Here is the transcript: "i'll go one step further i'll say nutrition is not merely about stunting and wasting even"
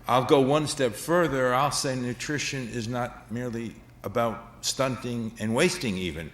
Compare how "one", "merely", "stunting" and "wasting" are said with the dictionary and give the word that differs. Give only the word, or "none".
none